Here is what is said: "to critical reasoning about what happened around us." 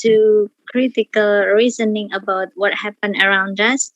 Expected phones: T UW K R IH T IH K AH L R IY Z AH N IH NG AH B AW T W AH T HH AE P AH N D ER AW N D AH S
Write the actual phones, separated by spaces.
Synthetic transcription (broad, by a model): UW K R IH T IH K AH L R IY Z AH N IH NG AH B AW T W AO T HH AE P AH N ER AW N D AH S